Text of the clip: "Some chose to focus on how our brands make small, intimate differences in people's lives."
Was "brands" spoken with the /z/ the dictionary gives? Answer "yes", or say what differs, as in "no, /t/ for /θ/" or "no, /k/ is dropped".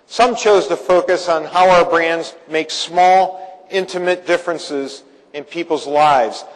yes